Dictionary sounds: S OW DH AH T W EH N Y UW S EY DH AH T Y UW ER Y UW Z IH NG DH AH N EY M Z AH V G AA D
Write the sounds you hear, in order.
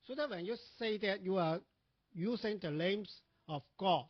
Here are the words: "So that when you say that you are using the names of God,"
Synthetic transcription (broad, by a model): S OW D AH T W EH N Y UW S EY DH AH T Y UW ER Y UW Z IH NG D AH L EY M S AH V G AA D